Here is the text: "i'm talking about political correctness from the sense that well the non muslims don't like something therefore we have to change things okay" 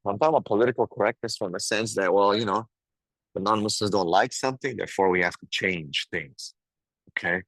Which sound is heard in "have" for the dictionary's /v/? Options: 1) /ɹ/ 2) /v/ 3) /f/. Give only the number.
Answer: 3